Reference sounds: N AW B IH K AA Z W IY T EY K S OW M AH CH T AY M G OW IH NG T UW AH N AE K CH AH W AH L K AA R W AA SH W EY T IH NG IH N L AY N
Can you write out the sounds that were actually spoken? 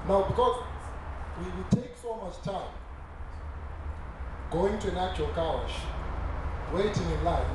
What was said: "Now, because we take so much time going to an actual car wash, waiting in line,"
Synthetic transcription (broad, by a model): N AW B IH K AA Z W IY T EY K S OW M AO S T AY M G OW IH NG T UW AH N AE K CH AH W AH L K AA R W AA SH W EY T IH NG IH N L AY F